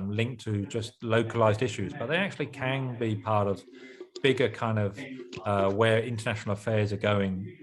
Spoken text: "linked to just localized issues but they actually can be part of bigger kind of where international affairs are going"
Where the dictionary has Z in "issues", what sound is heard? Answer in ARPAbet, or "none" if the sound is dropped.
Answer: Z